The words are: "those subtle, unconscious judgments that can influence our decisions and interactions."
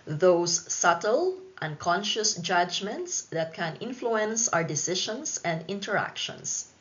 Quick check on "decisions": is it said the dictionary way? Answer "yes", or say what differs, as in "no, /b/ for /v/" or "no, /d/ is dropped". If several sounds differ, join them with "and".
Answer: no, /ʃ/ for /ʒ/ and /s/ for /z/